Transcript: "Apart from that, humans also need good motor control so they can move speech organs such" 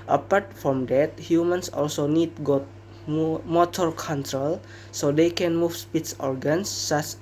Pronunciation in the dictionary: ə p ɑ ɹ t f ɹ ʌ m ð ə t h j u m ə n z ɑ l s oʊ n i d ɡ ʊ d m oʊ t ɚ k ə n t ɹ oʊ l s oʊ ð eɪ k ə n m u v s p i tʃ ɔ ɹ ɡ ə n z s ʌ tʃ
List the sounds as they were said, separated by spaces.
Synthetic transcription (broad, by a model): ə p ɑ ɹ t f ɹ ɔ m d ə t h j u m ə n s ɑ l s oʊ n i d ɡ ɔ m m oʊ t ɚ k ə n t ɹ oʊ l s oʊ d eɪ k ə n m u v s p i s ɔ ɹ ɡ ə n s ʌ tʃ